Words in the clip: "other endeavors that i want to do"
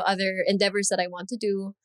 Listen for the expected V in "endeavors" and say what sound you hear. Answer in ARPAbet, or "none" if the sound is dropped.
V